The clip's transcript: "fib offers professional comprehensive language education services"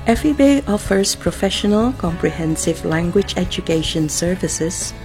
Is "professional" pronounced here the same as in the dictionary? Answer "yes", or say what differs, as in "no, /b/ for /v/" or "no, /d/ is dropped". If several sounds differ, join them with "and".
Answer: yes